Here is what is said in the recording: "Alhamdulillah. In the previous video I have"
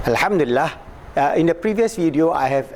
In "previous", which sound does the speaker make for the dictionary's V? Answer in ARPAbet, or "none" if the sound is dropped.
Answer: V